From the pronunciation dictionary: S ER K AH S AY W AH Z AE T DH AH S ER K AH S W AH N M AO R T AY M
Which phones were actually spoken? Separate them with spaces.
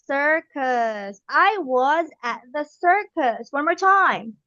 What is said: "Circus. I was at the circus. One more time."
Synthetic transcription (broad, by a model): S ER K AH S AY W AH Z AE T DH AH S ER K AH S W AH N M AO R T AY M